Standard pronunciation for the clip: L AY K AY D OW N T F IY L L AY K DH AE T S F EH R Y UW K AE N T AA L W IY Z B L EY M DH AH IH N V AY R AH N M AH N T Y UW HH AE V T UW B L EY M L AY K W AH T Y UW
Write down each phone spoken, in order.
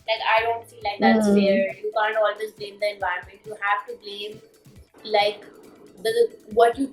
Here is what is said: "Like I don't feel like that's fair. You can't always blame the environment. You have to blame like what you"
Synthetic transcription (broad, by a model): L AY K AY D OW N T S IY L L AY K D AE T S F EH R Y UW K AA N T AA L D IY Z B L EY M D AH IH N V AY R AH N M AH N T Y UW HH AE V T UW B L EY M L AY K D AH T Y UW